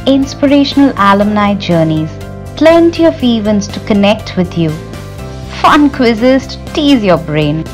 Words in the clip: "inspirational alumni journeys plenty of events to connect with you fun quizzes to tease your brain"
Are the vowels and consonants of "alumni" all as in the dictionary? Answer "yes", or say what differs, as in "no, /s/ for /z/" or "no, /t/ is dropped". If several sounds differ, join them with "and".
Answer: yes